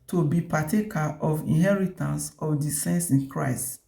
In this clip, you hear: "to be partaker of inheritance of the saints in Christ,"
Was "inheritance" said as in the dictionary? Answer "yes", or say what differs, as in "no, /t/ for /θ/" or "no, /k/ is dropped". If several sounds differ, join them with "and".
yes